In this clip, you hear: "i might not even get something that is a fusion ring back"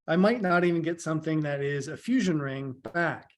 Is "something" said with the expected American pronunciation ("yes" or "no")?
yes